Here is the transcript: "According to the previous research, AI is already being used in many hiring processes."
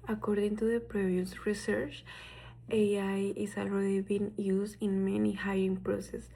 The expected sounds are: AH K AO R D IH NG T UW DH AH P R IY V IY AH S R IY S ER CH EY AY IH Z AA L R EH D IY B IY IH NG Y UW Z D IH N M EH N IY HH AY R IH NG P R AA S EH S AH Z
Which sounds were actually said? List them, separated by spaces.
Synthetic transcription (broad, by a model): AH K AO R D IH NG T UW DH AH P R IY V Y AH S R IY S ER CH EY AY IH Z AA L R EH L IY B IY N Y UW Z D IH N M EH N IY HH AY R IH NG P R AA S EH S